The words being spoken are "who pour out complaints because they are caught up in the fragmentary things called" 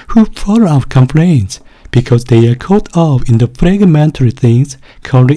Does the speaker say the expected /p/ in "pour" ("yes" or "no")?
no